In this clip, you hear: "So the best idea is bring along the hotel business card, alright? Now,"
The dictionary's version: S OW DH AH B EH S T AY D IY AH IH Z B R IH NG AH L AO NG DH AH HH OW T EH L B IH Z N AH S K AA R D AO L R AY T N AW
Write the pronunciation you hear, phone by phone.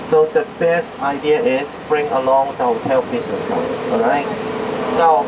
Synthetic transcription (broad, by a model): S OW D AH B EH S T AY D IY AH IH S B R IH NG AH L AO NG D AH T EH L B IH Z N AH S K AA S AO R AY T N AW